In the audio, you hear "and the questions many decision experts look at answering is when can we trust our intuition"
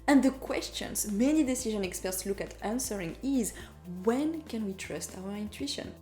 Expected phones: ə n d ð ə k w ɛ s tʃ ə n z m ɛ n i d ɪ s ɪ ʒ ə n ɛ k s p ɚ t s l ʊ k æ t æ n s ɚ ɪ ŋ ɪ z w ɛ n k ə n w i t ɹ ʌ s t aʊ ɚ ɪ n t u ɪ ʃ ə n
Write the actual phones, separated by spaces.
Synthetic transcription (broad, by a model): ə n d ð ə k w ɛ s tʃ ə n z m ɛ n i d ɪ s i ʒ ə n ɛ k s p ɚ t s l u k æ t æ n s ɚ ɪ ŋ ɪ z w ɛ n k ə n w i t ɹ ʌ s t aʊ ɚ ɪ n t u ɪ ʃ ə n